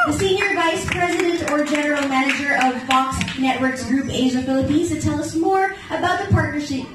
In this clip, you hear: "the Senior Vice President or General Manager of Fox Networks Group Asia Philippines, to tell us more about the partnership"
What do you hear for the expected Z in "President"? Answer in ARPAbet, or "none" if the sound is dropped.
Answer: Z